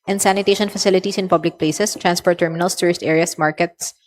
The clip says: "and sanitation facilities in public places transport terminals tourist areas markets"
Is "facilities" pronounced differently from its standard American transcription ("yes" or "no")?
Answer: yes